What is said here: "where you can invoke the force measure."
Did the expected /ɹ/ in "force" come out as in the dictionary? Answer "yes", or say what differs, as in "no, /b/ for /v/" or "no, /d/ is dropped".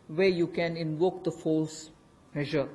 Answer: no, /l/ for /ɹ/